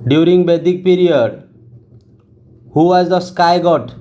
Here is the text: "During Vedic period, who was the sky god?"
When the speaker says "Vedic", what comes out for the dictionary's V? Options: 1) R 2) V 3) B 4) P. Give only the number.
3